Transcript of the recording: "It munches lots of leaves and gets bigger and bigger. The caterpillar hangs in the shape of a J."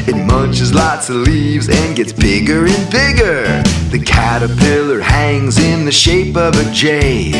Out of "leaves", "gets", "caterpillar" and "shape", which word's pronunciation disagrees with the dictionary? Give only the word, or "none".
none